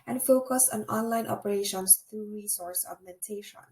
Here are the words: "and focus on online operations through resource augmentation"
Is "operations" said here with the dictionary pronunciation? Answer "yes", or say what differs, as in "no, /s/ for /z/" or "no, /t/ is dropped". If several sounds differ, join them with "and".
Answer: no, /s/ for /z/